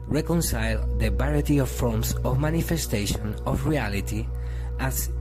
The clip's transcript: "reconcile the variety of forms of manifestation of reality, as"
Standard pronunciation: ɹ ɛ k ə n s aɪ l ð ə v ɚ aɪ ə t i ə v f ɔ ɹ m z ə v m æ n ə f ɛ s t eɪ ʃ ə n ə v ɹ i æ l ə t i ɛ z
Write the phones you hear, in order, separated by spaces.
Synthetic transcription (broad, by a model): ɹ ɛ k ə n s aɪ l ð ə b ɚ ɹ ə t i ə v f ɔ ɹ m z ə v m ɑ n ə f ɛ s t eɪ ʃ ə n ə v ɹ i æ l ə t i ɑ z